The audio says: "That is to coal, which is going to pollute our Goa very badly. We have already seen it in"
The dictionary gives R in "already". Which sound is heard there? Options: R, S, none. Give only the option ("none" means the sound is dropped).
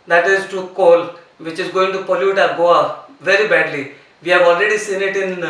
R